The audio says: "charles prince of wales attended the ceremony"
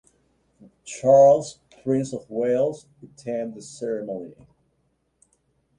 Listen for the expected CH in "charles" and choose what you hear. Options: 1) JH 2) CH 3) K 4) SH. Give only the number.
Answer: 2